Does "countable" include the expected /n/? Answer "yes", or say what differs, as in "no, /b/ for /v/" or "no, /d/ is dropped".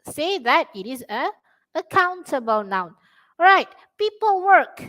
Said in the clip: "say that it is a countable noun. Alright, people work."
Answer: yes